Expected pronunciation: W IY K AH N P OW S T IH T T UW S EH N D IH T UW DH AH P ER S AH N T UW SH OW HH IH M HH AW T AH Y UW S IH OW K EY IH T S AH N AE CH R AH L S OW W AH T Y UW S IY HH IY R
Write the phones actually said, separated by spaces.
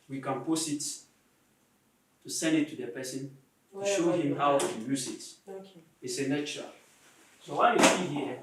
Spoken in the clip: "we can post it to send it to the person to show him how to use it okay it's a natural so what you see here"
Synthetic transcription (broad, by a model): W IY K AH N P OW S IH T T UW S EH N D IH T UW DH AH P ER S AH N T UW SH OW HH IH M HH AW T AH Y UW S IH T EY IH T S AH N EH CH AH S OW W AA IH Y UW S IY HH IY